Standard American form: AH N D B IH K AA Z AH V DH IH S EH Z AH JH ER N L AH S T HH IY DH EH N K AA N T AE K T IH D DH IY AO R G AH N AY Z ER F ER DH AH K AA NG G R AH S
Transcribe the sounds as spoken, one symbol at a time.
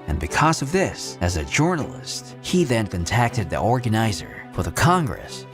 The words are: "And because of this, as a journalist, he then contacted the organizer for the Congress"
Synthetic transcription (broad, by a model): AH N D B IH K AA Z AH V DH IH S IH Z AH JH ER N L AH S T HH IY DH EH N K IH N T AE K T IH D DH IY AO R G AH N AY Z ER F ER DH AH K AA NG G R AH S